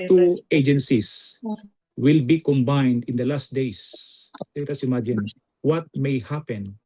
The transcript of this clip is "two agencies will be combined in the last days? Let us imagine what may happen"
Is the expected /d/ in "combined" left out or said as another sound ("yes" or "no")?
no